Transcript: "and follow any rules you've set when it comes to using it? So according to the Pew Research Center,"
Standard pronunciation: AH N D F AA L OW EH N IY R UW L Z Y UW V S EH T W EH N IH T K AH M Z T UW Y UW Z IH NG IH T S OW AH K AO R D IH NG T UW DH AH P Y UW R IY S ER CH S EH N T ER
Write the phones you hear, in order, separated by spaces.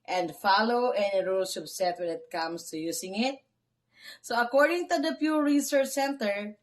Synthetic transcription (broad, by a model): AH N D F AA L OW EH N IY R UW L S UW P S EH T W EH N IH T K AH M S T UW Y UW S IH NG IH T S OW AH K AO R D IH NG T UW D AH P Y UW R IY S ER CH S EH N T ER